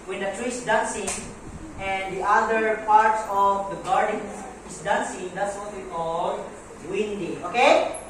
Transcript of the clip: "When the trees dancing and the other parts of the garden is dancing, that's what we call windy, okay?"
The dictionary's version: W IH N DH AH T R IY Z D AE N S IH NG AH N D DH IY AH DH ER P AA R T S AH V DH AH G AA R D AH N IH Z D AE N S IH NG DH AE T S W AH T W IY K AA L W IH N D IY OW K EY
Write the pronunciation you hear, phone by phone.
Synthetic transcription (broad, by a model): W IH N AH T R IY S D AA N S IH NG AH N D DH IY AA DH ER P AA R T S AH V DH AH G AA R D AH N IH S D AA N S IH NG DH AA T S W AH T W IY K AA L W IH N D IY OW K EY